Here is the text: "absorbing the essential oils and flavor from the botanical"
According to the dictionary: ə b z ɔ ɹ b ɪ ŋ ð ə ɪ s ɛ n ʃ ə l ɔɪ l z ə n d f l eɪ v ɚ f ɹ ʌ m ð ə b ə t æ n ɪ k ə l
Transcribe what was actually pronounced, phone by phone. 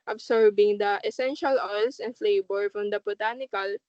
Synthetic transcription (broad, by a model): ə b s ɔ ɹ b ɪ ŋ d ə ɪ s ɛ n ʃ ə l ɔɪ l s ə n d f l eɪ b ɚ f ɹ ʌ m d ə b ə t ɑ n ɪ k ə l